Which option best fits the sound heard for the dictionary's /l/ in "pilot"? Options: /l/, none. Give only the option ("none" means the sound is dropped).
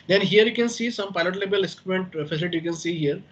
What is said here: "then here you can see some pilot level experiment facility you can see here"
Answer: /l/